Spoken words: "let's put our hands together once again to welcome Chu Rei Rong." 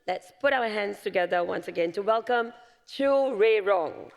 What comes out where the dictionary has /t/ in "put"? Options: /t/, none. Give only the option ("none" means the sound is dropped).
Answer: /t/